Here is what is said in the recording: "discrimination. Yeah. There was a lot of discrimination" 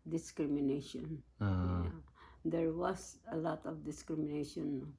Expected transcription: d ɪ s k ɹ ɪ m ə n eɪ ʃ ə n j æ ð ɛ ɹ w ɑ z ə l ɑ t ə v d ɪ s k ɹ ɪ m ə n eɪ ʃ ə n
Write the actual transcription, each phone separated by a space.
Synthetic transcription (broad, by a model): d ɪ s k ɹ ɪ m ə n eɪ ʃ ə n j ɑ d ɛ ɹ w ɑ s ə l ɑ t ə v d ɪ s k ɹ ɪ m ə n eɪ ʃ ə n